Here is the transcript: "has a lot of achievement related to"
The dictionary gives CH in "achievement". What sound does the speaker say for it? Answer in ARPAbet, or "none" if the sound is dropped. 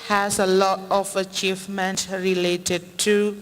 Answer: CH